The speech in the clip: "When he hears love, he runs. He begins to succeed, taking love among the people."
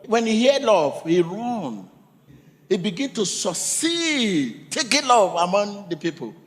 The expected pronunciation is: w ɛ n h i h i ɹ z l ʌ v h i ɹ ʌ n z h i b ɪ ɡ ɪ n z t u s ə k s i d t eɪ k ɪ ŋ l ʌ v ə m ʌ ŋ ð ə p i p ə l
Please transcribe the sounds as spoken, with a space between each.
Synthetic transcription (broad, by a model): w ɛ n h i h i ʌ l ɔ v h i ɹ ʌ n h i b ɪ ɡ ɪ n t u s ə s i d t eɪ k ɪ l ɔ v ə m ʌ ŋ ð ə p i p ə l